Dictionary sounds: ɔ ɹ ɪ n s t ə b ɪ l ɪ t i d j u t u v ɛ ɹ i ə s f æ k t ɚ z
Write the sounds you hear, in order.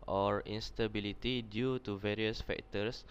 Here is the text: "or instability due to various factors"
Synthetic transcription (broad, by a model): ɔ ɹ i n s t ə b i l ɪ t i d j u t u v ɛ ɹ i ə s f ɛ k t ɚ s